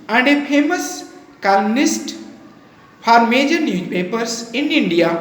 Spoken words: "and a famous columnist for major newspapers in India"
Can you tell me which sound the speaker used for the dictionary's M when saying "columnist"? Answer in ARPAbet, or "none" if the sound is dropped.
none